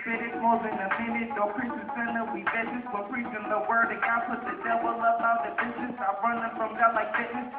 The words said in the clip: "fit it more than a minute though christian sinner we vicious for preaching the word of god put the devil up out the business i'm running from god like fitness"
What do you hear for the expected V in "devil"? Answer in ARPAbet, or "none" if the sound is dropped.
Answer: W